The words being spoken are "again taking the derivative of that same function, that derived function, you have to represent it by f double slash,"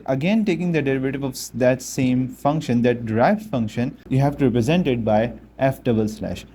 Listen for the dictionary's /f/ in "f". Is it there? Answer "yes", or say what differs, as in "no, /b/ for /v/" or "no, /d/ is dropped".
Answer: yes